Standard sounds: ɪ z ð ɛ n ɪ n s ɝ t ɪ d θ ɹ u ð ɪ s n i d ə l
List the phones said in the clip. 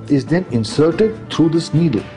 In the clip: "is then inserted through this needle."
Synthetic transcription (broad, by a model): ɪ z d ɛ n ɪ n s ɝ t ɪ d t ɹ u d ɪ s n i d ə l